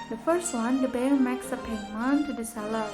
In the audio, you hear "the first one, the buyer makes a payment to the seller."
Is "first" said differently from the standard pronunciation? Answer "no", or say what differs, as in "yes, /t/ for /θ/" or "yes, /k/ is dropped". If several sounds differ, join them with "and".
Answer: no